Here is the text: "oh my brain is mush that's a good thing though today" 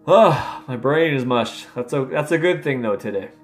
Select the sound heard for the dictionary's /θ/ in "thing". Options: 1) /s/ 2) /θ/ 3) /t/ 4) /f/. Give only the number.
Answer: 2